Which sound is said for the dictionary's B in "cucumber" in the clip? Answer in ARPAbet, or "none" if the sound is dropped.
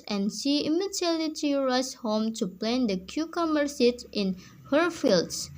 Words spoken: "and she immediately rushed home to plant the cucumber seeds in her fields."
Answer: none